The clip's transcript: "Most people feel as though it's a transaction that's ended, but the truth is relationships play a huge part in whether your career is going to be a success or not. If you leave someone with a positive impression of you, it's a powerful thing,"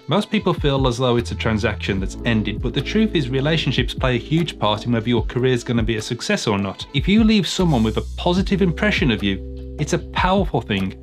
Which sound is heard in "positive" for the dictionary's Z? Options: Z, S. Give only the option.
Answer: Z